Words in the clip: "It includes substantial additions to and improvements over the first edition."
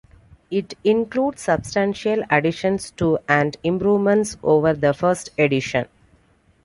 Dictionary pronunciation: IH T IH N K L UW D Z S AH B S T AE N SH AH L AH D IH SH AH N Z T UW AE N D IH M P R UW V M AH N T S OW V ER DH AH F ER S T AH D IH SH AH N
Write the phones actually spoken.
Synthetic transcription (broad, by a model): IH T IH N K L UW D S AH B S T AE N SH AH L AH D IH SH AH N S T UW AE N D IH M P R UW V M AH N T S OW V ER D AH F ER S T AH D IH SH AH N